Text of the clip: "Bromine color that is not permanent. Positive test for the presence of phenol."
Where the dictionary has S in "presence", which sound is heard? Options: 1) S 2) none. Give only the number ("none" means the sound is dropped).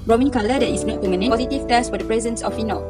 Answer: 1